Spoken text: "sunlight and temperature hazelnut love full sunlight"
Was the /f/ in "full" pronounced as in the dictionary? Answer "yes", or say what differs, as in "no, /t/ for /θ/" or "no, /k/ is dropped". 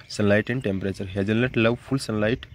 no, /p/ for /f/